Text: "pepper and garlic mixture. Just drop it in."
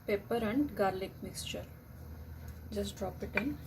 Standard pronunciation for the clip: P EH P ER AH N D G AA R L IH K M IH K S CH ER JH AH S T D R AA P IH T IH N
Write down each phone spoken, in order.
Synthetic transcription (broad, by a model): P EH P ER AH N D G AA R L IH K M IH K S CH ER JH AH S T D R AA P IH T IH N